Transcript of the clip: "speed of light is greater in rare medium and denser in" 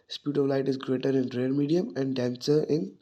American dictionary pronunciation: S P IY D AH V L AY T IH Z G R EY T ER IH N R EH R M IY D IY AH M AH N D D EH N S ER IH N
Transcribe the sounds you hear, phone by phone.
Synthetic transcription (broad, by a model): S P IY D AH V L AY T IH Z G R EY T ER IH N R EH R M IY D IY AH M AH N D D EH N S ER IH N